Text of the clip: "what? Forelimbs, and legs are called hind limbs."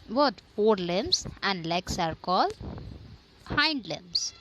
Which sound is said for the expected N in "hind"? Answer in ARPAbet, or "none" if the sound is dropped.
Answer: N